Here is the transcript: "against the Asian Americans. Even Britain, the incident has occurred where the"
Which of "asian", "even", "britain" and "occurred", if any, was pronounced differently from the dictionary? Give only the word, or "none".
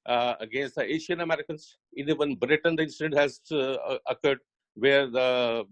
asian